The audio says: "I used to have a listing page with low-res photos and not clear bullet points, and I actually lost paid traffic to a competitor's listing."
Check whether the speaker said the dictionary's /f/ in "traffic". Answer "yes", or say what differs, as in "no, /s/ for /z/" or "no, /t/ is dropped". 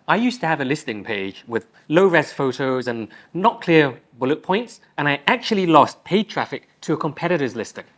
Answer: yes